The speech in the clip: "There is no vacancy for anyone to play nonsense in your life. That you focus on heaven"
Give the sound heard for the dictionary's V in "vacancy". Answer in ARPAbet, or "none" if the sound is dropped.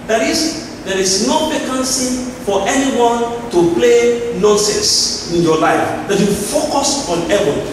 P